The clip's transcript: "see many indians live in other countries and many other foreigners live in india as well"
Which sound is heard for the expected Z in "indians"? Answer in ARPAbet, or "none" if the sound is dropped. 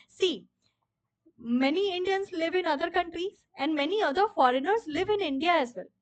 S